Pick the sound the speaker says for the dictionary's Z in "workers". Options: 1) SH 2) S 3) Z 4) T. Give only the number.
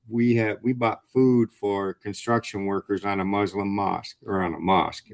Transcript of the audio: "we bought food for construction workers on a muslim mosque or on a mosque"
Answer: 3